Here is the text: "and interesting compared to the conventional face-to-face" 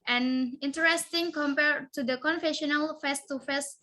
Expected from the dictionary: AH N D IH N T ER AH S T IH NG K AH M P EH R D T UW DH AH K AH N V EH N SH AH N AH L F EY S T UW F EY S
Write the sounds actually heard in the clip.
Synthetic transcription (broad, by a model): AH N IH N T ER AH S T IH NG K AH M P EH R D T UW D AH K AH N F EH SH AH N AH L F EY S T UW F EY S